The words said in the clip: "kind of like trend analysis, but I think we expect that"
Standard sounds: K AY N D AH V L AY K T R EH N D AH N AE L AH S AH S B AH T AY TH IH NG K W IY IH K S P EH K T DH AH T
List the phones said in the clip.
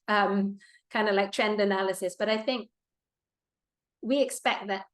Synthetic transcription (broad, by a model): K AY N D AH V L AY K T R EH N D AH N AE L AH S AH S B AH T AY TH IH NG K W IY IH K S P EH K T DH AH T